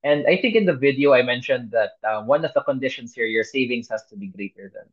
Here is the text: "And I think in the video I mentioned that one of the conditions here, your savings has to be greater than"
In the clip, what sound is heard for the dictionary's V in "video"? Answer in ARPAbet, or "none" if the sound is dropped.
V